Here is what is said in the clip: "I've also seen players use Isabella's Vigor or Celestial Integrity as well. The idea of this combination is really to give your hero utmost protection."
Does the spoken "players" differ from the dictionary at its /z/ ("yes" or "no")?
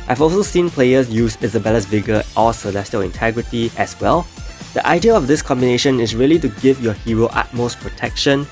yes